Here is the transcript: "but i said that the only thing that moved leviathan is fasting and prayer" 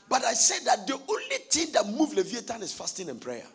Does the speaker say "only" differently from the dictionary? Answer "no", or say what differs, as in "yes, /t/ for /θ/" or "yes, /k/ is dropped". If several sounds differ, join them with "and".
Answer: no